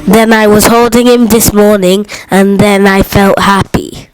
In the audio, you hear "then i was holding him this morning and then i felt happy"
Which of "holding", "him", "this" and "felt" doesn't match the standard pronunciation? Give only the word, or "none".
none